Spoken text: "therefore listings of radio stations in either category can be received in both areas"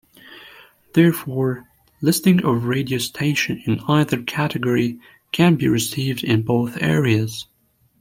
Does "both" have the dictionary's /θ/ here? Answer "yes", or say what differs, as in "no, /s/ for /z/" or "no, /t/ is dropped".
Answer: yes